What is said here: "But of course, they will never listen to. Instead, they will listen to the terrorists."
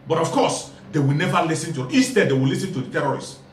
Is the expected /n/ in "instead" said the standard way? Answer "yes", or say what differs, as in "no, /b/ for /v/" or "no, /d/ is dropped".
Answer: no, /n/ is dropped